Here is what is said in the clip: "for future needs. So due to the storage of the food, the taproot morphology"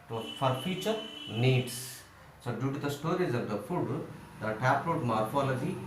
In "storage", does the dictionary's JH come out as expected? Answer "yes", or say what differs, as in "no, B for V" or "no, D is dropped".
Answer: no, Z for JH